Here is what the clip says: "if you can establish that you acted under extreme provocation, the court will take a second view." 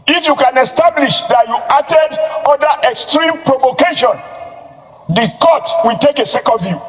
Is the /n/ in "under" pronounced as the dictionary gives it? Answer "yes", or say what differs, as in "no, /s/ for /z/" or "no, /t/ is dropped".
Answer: no, /n/ is dropped